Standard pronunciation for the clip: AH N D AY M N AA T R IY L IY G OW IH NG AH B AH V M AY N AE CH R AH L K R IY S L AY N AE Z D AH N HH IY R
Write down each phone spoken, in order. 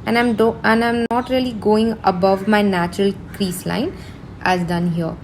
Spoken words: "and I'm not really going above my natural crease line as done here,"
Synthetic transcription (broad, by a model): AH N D AY M N AA T R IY L IY G OW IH NG AH B AH V M AY N AE CH R AH L K R IY S L AY N AE Z D AH N HH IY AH